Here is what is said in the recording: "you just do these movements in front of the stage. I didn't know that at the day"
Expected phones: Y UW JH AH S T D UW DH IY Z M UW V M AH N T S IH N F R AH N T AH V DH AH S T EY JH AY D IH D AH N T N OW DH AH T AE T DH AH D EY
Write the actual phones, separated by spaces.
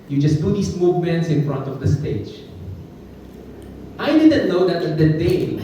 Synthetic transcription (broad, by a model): Y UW JH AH S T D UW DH IY S M UW V M AH N T S IH N F R AH N T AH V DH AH S T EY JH AY D IH D AH N T N OW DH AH T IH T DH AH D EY